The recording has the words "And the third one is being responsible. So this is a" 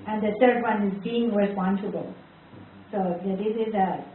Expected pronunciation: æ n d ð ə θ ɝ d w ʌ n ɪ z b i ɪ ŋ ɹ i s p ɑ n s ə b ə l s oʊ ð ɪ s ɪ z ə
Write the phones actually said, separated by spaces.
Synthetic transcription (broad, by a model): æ n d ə t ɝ d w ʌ n ɪ z b i ɪ ŋ ɹ i s p ɑ n s ə b ə l s oʊ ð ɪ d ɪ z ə